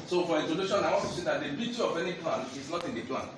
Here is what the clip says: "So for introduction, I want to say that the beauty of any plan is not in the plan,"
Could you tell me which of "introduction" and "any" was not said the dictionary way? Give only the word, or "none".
introduction